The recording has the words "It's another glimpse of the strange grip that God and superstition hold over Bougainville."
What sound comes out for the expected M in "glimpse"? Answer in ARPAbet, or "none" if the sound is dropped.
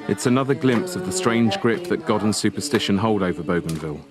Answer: M